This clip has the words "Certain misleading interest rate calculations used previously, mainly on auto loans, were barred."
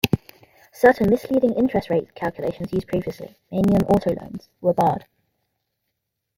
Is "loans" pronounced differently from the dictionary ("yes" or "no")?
no